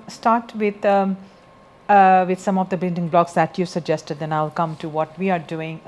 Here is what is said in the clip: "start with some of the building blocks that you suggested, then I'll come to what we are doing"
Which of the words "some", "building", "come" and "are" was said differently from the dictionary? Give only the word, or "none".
building